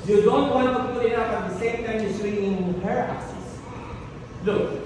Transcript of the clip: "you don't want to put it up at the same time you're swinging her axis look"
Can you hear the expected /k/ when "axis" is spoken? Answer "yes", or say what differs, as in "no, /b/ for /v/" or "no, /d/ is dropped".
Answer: no, /k/ is dropped